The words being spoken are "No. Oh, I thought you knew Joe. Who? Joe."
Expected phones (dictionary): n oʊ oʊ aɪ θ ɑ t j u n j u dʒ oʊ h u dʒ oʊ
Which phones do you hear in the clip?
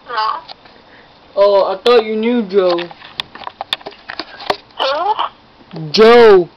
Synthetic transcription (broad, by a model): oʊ oʊ aɪ t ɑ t j u n j u dʒ oʊ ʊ dʒ oʊ